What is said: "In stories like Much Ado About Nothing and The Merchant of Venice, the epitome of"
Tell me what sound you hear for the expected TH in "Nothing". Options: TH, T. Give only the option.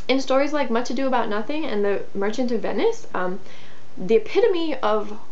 TH